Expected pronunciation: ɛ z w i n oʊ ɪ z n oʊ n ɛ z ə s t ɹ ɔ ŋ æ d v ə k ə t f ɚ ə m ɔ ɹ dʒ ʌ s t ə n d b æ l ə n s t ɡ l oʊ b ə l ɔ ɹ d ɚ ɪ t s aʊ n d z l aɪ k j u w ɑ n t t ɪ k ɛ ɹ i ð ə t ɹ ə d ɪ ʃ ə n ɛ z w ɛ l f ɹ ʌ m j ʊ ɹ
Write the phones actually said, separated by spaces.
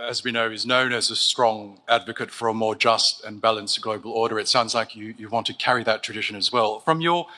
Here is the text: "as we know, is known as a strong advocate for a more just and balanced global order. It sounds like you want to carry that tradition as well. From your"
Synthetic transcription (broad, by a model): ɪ z w i n oʊ ɪ z n oʊ n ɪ z ə s t ɹ ɔ ŋ æ d v ə k ə t f ɚ ə m ɔ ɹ dʒ ʌ s t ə n b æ l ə n s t ɡ l oʊ b ə l ɔ ɹ d ɚ ɪ t s aʊ n d z l aɪ k j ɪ w ɑ n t t ɪ k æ ɹ i ð ə t ɹ ə d ɪ ʃ ə n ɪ z w ɛ l f ɹ ʌ m j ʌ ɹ